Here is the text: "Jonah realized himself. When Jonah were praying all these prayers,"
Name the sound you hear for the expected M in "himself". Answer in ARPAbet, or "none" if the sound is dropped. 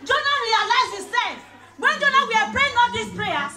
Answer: none